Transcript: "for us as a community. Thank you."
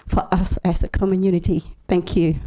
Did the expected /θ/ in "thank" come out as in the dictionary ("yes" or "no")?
yes